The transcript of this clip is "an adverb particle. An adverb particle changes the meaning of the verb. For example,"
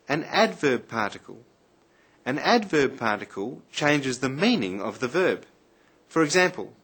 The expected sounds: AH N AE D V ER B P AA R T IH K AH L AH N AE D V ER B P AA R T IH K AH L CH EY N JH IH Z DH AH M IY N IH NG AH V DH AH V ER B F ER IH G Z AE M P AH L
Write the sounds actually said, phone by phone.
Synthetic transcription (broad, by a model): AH N AE D V ER B P AA R T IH K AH L AH N AE D V ER B P AA R T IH K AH L CH EY N JH IH Z DH AH M IY N IH NG AH V DH AH V ER B F ER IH G Z AE M P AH L